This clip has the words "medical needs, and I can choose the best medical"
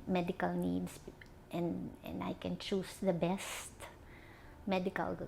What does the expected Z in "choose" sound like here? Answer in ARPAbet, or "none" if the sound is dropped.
S